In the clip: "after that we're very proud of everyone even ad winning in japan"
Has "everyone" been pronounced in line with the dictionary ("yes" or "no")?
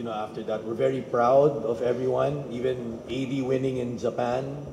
yes